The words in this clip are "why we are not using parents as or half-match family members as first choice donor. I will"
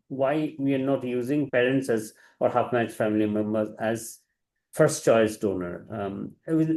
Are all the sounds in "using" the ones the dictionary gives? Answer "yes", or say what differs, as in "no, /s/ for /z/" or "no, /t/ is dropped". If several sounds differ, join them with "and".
yes